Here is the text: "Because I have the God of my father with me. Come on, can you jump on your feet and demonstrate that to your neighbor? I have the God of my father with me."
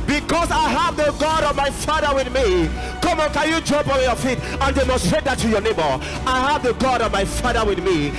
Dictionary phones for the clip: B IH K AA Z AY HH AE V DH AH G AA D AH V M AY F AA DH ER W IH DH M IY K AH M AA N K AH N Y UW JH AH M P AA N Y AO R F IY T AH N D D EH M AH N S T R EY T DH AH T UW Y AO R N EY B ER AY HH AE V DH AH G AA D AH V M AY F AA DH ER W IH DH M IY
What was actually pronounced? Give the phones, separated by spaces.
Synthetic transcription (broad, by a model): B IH K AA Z AY HH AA V DH AH G AA D AH V M AY F AA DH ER W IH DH M IY K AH M AA N K AH N Y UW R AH P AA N Y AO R F IY T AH N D D EH M AH N S T R EY T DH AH T UW Y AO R N EY B ER AY HH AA V DH AH G AA D AH V M AY F AA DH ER W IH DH M IY